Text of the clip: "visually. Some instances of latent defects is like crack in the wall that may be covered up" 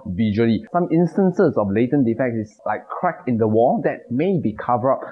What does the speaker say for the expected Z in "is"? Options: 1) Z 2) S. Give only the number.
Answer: 2